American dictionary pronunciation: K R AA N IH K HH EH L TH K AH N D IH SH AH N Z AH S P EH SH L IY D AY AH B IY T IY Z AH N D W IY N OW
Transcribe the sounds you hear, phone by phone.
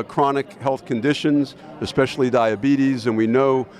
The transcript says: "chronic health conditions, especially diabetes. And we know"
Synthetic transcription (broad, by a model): K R AA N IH K HH EH L TH K AH N D IH SH AH N Z AH S P EH SH L IY D AY AH B IY T IY Z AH N W IY N OW